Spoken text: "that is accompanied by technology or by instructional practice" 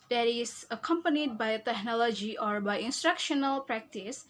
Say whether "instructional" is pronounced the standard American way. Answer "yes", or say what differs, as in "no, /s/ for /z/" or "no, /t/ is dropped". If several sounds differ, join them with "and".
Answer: yes